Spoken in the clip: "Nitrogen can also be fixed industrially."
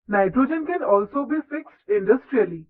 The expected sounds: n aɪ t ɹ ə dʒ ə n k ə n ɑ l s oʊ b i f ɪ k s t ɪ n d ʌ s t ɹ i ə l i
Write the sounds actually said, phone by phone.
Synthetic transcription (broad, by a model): n aɪ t ɹ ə dʒ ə n k ə n ɑ l s oʊ b i f ɪ k s t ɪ n d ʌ s t ɹ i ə l i